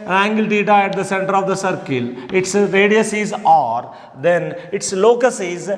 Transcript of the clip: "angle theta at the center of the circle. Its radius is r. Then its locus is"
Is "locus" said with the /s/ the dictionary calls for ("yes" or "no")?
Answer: yes